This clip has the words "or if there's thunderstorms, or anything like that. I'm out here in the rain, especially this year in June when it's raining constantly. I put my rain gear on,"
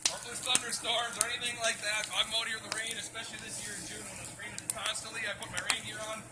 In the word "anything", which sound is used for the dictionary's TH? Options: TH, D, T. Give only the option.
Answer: TH